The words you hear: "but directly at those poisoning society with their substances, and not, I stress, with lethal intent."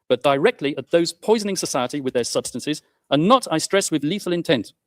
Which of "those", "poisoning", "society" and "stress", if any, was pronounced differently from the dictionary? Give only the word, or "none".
none